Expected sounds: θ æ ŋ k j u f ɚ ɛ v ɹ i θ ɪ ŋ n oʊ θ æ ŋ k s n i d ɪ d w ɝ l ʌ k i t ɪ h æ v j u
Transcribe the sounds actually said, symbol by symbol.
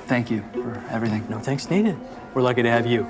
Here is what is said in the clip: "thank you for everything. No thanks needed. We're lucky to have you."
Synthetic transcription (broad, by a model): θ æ ŋ k j u f ɚ ɛ v ɹ i θ ɪ ŋ n oʊ θ æ ŋ k s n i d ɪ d w ɝ l ʌ k i t ɪ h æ v j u